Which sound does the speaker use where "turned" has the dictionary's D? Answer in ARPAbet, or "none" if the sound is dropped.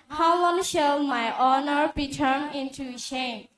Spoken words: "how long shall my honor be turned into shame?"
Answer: none